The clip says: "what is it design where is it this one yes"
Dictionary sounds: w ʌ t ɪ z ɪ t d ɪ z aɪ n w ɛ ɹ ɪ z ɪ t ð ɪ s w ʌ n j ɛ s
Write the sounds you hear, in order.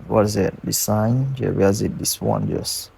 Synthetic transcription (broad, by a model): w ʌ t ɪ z ɪ t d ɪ s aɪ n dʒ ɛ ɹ ɪ z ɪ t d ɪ s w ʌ n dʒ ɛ s